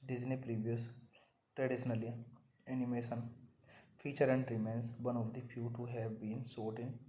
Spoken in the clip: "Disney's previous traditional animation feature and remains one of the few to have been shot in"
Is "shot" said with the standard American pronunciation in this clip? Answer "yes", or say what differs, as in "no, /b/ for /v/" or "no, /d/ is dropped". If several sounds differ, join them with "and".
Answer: no, /s/ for /ʃ/